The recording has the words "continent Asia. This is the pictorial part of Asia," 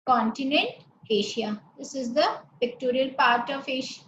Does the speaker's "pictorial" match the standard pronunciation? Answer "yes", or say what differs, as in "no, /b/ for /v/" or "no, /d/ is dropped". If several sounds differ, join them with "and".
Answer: yes